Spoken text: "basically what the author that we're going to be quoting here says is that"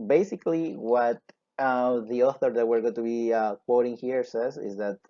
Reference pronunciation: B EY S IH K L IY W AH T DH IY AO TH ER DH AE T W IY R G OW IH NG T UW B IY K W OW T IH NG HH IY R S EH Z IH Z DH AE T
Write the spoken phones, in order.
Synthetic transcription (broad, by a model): B EY S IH K L IY W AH T DH IY AO TH ER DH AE T W IY R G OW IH T UW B IY K W OW T IH NG HH IY R S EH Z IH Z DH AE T